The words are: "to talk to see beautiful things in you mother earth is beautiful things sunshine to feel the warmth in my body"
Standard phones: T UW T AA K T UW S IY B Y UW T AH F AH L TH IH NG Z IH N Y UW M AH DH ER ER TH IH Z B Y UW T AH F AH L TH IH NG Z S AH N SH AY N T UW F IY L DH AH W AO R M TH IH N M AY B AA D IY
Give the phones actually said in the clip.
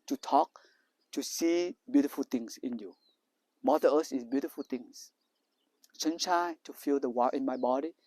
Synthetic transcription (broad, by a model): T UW T AA K T UW S IY B Y UW T AH F AH L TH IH NG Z IH N Y UW M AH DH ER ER S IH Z B Y UW T AH F AH L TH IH NG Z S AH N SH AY T UW F IY L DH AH W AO IH N M AY B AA D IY